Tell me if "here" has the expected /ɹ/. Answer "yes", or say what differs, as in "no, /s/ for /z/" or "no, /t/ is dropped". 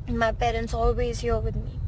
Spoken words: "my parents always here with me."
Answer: no, /l/ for /ɹ/